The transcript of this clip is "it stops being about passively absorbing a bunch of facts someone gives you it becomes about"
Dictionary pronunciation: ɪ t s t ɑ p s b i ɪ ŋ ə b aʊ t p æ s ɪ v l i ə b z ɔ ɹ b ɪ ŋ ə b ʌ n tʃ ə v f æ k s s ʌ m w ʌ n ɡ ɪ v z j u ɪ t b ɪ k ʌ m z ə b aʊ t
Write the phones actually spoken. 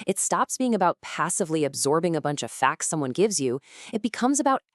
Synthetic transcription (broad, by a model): ɪ t s t ɑ p s b i ɪ ŋ ə b aʊ t p æ s ɪ v l i ə b z ɔ ɹ b ɪ ŋ ə b ʌ n tʃ ə v f æ k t s ʌ m w ʌ n ɡ ɪ v z j u ɪ t b ɪ k ʌ m z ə b aʊ t